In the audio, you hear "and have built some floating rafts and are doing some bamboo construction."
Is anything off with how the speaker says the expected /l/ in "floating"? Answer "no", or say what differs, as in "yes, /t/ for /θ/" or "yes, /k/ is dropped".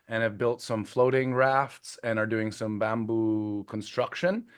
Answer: no